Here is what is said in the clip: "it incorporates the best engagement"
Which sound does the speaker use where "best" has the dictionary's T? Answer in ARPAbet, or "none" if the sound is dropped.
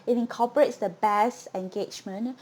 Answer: none